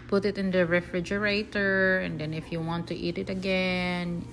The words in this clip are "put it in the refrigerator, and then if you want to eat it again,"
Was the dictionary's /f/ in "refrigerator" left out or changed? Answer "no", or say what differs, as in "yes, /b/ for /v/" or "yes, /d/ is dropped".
no